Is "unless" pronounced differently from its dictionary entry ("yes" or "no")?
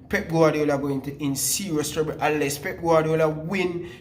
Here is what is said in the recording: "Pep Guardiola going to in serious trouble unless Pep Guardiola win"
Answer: yes